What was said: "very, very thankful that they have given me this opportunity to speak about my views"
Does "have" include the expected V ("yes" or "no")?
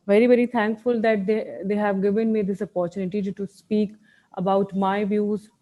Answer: yes